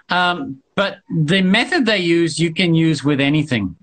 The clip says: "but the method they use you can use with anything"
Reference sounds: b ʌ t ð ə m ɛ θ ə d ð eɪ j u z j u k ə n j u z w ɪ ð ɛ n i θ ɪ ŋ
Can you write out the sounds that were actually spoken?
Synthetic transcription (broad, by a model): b ʌ t ð ə m ɛ θ ə d ð eɪ j u z j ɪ k ə n j u z w ɪ ð ɛ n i θ ɪ ŋ